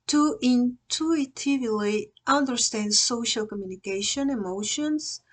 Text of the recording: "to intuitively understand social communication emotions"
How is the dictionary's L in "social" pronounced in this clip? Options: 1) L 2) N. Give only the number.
1